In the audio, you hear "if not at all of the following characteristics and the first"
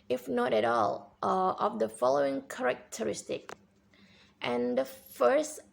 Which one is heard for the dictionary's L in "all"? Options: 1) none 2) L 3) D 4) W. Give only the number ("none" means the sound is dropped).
2